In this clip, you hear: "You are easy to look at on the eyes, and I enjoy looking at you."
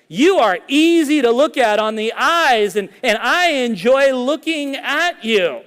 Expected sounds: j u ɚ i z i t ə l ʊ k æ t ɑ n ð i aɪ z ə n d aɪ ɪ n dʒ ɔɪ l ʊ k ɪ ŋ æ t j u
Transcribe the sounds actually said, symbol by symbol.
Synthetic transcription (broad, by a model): j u ɚ i z i t ə l ʊ k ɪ t n ð i aɪ z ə n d aɪ ɪ n dʒ ɔɪ l ʊ k ɪ ŋ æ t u